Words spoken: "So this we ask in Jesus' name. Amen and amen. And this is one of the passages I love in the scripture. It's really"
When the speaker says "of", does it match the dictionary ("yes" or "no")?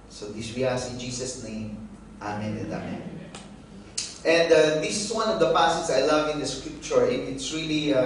yes